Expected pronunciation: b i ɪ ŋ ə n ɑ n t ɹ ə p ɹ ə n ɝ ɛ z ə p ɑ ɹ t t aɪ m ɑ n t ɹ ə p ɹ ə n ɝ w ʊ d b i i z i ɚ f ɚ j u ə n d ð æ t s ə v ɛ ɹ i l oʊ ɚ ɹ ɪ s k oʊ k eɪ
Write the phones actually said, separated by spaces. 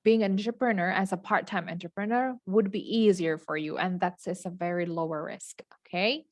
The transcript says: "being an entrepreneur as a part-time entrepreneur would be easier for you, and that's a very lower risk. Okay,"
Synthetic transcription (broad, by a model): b i ɪ ŋ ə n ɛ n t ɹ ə p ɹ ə n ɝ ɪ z ə p ɑ ɹ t t aɪ m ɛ n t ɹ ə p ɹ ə n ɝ w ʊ d b i i z i ɚ f ɚ j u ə n ð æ t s ə v ɛ ɹ i l oʊ ɚ ɹ ɪ s k oʊ k eɪ